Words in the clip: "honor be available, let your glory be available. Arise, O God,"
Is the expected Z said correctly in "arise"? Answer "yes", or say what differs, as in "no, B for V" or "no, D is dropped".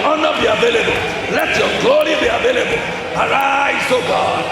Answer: no, S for Z